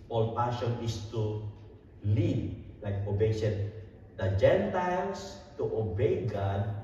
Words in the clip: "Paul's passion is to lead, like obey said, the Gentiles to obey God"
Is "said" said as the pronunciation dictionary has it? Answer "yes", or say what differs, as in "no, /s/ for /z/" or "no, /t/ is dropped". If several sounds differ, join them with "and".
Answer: no, /ʃ/ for /s/